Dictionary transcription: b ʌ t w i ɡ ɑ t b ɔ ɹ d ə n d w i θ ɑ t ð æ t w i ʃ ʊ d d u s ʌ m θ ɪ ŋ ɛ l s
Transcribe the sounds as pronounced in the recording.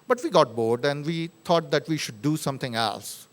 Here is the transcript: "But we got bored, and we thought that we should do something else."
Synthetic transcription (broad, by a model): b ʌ t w i ɡ ɑ t b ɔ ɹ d ə n d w i t ɑ t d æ t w i ʃ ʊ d d u s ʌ m t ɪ ŋ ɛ l s